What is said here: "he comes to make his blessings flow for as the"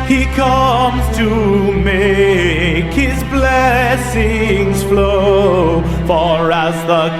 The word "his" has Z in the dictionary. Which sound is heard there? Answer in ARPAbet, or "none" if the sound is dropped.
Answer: Z